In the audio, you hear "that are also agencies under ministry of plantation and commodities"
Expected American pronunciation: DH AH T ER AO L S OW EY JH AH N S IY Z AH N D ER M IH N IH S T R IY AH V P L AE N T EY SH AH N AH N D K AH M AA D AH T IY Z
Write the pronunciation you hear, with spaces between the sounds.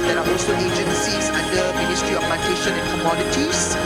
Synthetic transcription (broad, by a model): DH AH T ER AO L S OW EY JH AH N S IY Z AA N D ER M IH N IH S T R IY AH F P AA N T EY SH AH N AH N K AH M AA D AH T IY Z